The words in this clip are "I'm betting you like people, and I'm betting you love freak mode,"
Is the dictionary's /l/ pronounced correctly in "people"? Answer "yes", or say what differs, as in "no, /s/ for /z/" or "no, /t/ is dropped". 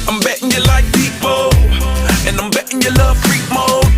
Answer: no, /n/ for /l/